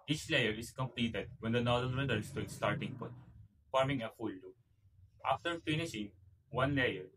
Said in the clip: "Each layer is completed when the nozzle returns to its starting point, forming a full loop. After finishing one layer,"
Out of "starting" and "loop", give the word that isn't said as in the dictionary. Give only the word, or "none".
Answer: loop